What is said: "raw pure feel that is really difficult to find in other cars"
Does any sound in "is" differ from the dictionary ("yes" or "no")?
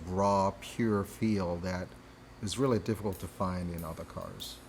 no